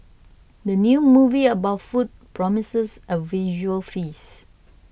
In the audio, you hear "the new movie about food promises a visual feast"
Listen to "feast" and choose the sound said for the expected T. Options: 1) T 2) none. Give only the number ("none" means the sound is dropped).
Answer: 2